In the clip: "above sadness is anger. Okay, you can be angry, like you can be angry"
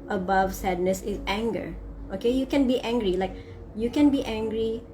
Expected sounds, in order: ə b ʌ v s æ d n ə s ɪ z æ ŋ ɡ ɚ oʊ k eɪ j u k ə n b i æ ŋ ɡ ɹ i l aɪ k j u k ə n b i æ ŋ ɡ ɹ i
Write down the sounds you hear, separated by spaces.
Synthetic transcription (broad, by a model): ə b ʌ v s æ d n ə s ɪ z æ ŋ ɡ ɚ oʊ k eɪ j u k ə n b i æ ŋ ɡ ɹ i l aɪ k j u k ə n b i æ ŋ ɡ ɹ i